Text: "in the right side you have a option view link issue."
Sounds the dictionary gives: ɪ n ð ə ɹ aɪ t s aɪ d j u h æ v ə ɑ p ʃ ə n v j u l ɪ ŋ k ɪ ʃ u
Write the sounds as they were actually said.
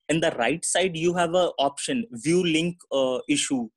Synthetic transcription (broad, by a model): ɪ n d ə ɹ aɪ t s aɪ d j u h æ v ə ɑ p ʃ ə n v j u l ɪ ŋ k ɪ ʃ u